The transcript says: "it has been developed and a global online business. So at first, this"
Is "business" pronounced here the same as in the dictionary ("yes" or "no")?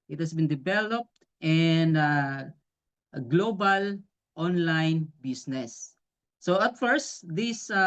no